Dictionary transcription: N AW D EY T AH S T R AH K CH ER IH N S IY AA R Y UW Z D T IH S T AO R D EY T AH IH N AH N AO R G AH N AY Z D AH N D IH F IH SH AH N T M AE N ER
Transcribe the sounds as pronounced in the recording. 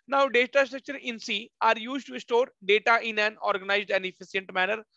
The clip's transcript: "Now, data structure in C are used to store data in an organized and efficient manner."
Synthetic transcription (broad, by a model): N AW D EY T AH S T R AH K CH ER IH N S IY AA R Y UW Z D T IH S T AO R D EY T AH IH N AH N AO R G AH N AY Z D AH N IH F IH S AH N T M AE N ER